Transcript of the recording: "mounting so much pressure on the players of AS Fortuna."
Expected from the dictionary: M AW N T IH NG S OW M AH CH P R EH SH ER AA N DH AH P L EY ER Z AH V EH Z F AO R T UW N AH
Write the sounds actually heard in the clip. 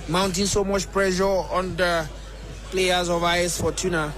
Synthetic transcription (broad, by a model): M AW N T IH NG S OW M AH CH P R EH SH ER AA N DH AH P L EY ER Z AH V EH S F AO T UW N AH